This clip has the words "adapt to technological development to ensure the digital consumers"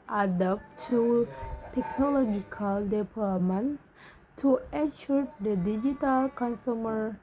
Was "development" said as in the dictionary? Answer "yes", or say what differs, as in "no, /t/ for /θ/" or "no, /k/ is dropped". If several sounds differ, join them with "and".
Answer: no, /p/ is dropped